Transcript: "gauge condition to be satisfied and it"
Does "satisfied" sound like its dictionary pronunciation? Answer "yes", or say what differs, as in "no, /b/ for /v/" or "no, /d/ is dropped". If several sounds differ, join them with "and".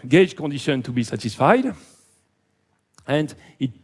yes